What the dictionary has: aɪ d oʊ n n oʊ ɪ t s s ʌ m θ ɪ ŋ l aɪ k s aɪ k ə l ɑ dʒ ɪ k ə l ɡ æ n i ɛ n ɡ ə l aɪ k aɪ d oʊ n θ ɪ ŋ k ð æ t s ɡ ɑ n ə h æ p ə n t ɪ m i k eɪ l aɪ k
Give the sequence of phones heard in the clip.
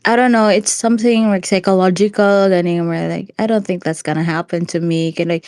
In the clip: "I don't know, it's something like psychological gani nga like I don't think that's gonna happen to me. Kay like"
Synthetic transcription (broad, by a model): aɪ d oʊ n n oʊ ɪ t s s ʌ m θ ɪ ŋ l aɪ k s aɪ k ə l ɑ dʒ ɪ k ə l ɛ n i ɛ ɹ l aɪ k aɪ d oʊ n θ ɪ ŋ k ð æ t s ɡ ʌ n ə h æ p ə n t ɪ m i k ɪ l aɪ k